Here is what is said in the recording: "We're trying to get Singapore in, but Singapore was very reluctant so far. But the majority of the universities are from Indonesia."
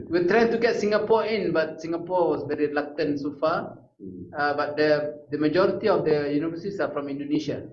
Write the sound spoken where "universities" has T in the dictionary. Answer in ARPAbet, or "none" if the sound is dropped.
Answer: S